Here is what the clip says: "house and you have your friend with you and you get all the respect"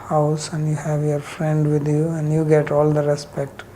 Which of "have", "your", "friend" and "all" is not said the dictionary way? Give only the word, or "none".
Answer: none